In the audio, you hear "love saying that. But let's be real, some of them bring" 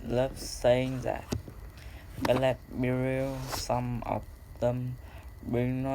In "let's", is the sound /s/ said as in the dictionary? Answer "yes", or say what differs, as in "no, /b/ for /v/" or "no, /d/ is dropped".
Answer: no, /s/ is dropped